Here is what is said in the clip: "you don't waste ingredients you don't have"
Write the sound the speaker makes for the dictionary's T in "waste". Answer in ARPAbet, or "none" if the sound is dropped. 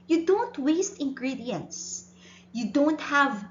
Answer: T